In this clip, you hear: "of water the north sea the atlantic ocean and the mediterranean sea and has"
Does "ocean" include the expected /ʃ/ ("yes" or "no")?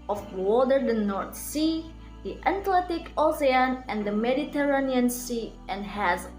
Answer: no